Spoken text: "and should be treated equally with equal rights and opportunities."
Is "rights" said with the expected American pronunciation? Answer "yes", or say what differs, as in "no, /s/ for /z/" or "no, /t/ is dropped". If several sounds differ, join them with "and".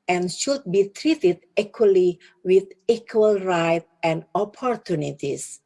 no, /s/ is dropped